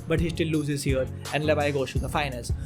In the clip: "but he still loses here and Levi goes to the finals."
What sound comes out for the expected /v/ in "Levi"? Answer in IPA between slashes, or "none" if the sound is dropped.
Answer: /b/